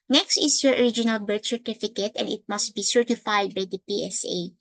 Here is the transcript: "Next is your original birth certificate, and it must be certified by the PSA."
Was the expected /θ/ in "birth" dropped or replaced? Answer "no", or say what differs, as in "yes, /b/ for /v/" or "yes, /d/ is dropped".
yes, /t/ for /θ/